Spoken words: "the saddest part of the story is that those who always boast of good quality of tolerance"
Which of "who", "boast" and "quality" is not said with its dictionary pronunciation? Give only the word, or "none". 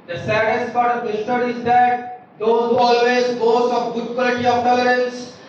boast